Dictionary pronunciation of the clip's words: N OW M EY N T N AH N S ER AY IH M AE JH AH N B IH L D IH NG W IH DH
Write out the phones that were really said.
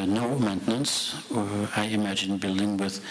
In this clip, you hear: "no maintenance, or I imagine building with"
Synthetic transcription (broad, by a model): N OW M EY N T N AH N S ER AY IH M AE JH AH N B IH L D IH NG W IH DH